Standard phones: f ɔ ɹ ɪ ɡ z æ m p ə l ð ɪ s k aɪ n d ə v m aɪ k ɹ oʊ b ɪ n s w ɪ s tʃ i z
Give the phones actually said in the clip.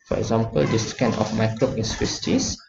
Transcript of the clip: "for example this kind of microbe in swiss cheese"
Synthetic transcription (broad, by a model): f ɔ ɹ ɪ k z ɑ m p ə l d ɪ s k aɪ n ə f m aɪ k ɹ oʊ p ɪ n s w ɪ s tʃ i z